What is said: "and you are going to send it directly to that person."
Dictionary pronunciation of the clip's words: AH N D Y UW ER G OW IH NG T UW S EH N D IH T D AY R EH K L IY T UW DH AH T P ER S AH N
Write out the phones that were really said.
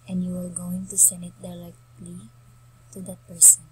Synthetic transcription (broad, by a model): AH N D Y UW ER G OW IH NG T UW S EH N D IH T D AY L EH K L IY T UW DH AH T P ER S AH N